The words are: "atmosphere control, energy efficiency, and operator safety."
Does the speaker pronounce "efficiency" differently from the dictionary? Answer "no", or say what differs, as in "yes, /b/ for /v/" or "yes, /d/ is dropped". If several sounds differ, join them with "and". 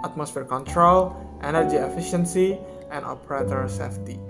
no